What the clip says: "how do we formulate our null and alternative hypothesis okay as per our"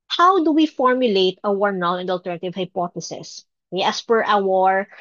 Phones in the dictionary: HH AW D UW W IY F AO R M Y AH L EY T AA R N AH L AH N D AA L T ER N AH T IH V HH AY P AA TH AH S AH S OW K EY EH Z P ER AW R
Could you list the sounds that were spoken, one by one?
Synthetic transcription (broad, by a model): HH AW D UW W IY F AO R M Y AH L EY T AA R N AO N AH N D AA L T ER N AH T IH V HH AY P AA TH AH S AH S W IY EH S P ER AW R